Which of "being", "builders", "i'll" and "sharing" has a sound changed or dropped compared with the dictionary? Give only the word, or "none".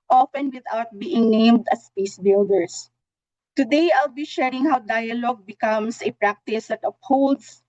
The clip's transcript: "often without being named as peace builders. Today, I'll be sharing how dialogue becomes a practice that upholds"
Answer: builders